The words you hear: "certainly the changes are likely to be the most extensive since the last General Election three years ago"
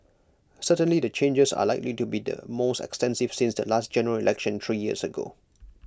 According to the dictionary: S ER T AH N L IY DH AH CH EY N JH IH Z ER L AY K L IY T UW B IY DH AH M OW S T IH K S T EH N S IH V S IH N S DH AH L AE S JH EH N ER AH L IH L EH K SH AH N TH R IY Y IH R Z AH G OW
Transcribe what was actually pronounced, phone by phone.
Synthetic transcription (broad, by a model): S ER T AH N L IY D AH CH EY N JH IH S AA L AY K L IY T UW B IY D AH M OW S T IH K S T EH N S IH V S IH N S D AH L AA S JH EH N ER AH L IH L EH K SH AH N T R IY Y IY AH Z AH G OW